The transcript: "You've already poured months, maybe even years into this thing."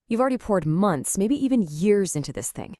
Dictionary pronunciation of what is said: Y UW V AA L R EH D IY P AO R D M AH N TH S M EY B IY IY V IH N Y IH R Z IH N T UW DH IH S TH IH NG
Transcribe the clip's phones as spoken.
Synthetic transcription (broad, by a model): Y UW V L R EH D IY P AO R D M AH N TH S M EY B IY IY V IH N Y IH R Z IH N T UW DH IH S TH IH NG